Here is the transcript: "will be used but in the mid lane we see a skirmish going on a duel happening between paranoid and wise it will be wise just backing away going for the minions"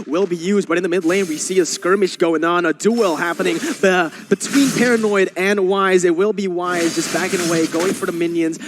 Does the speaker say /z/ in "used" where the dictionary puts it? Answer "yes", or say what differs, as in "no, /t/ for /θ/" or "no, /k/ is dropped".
yes